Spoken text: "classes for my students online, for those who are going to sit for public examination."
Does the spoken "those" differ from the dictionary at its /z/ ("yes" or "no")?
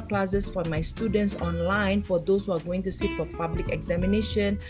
yes